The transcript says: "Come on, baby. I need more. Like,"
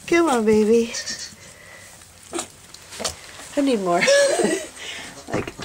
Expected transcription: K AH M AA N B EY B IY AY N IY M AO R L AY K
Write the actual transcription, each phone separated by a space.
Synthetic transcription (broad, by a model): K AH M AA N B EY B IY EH N IY M AO R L AY K